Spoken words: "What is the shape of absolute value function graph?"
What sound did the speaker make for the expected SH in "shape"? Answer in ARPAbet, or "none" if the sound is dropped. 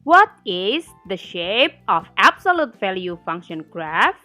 SH